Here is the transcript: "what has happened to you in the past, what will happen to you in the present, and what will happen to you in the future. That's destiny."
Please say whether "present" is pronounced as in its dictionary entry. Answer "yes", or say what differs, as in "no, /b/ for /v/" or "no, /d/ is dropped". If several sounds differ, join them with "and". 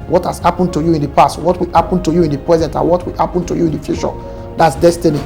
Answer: yes